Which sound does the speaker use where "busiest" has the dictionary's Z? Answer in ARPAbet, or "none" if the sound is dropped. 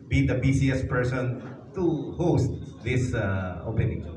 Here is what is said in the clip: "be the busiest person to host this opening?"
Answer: S